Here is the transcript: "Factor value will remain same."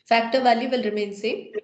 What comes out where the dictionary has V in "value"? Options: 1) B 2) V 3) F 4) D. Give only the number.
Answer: 2